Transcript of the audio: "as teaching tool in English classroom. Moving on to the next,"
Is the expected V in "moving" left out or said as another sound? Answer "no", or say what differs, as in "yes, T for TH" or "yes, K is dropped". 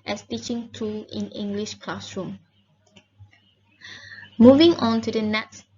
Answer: no